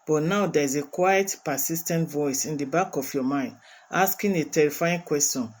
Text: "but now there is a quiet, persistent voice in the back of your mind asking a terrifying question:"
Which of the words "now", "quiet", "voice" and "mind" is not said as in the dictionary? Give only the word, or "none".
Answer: none